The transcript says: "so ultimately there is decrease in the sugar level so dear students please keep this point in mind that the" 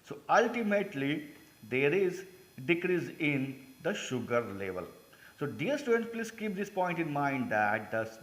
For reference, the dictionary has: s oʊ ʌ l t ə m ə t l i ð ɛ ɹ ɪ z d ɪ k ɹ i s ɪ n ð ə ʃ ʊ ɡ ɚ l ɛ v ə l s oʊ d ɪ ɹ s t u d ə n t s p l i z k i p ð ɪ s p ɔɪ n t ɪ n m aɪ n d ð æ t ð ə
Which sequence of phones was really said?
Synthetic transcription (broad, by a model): s oʊ ʌ l t ə m ə t l i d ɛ ɹ ɪ z d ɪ k ɹ i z ɪ n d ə ʃ ʊ ɡ ɚ l ɛ v ə l s oʊ d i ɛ s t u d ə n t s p l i s k i p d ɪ s p ɔɪ n t ɪ n m aɪ n d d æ t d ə